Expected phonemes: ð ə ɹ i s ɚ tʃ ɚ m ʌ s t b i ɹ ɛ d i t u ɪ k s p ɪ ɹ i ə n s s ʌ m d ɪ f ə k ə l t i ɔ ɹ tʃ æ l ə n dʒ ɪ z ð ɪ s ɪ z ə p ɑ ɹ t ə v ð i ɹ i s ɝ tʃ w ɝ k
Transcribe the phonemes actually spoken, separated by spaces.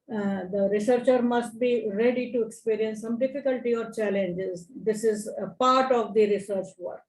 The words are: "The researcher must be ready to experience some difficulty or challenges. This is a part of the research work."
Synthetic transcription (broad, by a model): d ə ɹ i s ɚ tʃ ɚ m ʌ s t b i ɹ ɛ d i t u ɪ k s p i ɹ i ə n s s ʌ m d ɪ f ə k ə l t i ɔ ɹ tʃ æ l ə n dʒ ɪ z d ɪ s ɪ z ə p ɑ ɹ t ə v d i ɹ i s ɝ tʃ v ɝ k